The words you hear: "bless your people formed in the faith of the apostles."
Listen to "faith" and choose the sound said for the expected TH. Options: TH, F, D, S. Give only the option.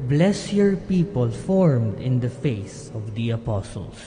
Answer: S